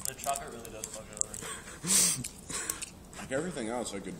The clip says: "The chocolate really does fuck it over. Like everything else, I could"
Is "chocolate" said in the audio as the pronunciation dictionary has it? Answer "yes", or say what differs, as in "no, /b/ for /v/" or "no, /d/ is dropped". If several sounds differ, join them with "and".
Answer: no, /l/ is dropped